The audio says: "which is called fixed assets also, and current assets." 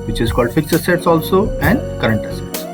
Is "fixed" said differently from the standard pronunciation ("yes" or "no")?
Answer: yes